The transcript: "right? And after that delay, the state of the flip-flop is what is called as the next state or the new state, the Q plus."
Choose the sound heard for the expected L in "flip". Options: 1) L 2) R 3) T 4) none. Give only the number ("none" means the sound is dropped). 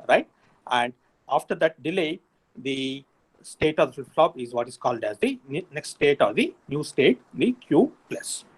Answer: 4